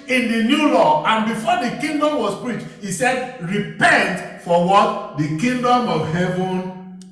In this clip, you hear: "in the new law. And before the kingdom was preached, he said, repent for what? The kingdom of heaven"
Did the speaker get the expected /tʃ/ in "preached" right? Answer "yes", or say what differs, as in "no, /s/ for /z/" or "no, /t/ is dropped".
yes